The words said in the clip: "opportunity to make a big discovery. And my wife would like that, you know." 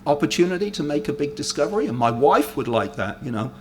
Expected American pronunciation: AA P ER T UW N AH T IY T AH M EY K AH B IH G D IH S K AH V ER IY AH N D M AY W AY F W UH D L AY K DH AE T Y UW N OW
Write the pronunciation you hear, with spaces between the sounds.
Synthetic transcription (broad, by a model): AA P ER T UW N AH T IY T AH M EY K AH B IH G D IH S K AH V ER IY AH N M AY W AY F W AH D L AY K DH AE T Y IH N OW